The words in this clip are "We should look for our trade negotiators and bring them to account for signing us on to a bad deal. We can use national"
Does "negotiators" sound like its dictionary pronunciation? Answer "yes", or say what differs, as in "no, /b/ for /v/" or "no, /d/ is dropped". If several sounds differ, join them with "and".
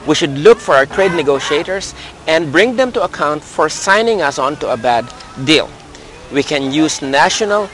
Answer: no, /s/ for /z/